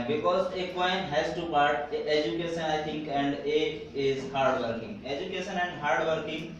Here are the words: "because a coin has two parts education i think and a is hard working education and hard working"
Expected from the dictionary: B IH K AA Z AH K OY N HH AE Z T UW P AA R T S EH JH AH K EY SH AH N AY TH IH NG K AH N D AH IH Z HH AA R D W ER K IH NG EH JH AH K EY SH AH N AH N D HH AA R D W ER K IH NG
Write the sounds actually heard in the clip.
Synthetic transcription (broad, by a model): B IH K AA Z AH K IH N HH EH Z T UW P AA R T EH JH AH K EY SH AH N AY T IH NG K AH N D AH IH Z HH AA R D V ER K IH NG EH JH AH K EY SH AH N AH N D HH AA R D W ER K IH NG